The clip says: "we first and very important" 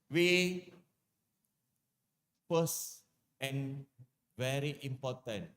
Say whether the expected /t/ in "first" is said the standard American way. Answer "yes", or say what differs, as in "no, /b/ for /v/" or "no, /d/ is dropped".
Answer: no, /t/ is dropped